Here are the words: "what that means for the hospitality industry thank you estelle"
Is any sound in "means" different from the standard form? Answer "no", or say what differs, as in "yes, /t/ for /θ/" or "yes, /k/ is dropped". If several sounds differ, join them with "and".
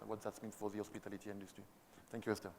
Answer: yes, /z/ is dropped